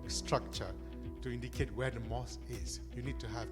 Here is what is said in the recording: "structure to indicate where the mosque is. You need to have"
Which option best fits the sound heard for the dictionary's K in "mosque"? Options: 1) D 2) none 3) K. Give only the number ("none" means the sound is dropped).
2